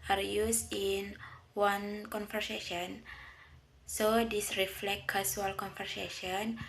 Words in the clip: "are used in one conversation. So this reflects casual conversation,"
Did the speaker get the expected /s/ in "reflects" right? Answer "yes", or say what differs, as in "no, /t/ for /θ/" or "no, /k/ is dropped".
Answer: no, /s/ is dropped